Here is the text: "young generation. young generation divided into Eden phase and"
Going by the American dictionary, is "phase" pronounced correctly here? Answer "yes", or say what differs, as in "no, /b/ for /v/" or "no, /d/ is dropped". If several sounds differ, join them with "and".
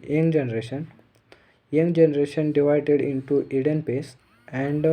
no, /p/ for /f/ and /s/ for /z/